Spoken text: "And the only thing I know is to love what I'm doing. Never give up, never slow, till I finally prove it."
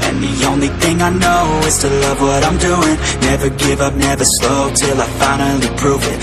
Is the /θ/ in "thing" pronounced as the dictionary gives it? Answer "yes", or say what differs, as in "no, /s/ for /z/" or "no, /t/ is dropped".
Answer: yes